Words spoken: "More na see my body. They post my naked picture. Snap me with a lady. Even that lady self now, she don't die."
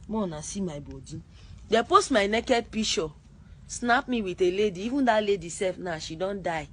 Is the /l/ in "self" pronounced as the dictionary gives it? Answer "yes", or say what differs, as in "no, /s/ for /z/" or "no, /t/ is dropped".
no, /l/ is dropped